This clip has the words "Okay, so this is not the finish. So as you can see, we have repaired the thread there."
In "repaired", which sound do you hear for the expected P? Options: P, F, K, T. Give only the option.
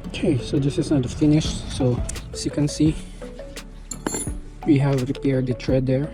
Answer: P